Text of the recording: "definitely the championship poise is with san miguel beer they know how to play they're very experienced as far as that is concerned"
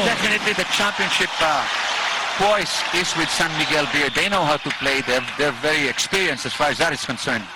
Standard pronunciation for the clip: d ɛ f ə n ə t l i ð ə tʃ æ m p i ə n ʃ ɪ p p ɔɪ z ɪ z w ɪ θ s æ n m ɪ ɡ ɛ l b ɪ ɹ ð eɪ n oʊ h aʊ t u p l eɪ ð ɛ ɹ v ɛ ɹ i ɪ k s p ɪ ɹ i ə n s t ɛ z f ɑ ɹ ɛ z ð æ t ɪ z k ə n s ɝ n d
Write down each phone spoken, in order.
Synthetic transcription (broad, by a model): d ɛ f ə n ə t l i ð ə tʃ æ m p i ə n ʃ ɪ p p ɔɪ s ɪ z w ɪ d s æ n m ɪ ɡ ɛ l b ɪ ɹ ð eɪ n oʊ h aʊ t u p l eɪ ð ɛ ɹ v ɛ ɹ i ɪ k s p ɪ ɹ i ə n s ɛ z f ɑ ɹ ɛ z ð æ t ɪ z k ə n s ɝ n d